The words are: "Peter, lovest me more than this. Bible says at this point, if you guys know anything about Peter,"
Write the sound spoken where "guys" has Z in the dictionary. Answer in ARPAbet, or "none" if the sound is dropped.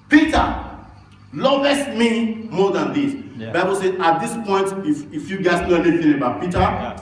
S